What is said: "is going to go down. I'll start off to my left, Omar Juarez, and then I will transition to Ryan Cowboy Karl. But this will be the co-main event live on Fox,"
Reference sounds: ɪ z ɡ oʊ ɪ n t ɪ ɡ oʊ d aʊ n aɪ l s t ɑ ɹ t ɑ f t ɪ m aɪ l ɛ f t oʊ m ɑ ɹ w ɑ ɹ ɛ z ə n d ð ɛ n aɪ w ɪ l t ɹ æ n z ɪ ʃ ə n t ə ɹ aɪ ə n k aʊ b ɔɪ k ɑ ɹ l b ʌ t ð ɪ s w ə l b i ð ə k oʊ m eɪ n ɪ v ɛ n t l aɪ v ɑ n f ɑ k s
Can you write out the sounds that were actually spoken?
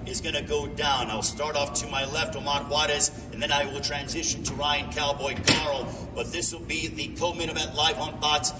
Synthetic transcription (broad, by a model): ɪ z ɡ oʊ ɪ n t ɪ ɡ oʊ d aʊ n aɪ l s t ɑ ɹ t ɑ f t ɪ m aɪ l ɛ f t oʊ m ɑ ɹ w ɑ ɹ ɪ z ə n ð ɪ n aɪ w ɪ l t ɹ æ n z ɪ ʃ ə n t ə ɹ aɪ ə n k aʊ b ɔɪ k ɑ ɹ l b ʌ t ð ɪ s w ə l b i ð ə k oʊ m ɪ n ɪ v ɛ t l aɪ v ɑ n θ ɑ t s